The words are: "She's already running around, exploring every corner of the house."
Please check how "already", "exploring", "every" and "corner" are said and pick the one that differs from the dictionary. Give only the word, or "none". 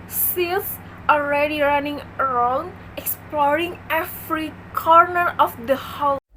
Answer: every